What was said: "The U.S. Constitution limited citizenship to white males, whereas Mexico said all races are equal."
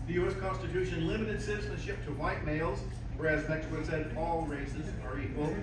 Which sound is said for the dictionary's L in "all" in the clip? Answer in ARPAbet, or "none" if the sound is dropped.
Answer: L